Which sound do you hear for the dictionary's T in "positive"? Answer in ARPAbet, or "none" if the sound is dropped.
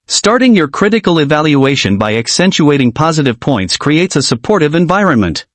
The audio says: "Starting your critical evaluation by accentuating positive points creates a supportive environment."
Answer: T